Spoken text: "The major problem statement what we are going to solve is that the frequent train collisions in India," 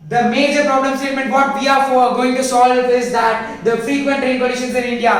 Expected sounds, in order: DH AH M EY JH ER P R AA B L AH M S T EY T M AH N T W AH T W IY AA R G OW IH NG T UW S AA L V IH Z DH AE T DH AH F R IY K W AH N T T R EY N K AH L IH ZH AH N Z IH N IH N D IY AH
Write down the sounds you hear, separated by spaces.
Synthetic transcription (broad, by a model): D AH M EY JH ER P R AA B L AH M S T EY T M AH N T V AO T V IY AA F G OW IH NG T UW S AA L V IH Z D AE T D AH F R IY K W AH N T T R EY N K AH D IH SH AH N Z IH N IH N D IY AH